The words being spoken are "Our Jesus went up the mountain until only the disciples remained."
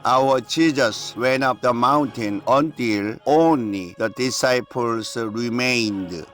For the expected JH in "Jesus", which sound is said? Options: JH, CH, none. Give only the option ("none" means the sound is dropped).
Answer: CH